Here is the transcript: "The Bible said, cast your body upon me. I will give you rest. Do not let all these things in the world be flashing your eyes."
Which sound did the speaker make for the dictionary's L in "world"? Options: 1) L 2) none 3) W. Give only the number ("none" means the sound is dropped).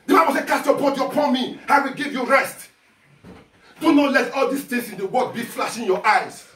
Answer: 2